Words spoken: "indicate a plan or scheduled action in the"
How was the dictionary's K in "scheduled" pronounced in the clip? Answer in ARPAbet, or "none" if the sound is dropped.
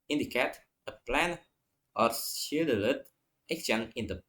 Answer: none